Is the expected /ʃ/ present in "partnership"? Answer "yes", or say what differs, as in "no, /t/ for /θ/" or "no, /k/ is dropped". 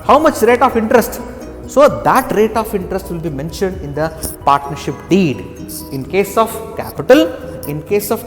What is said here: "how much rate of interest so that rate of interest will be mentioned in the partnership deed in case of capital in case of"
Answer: yes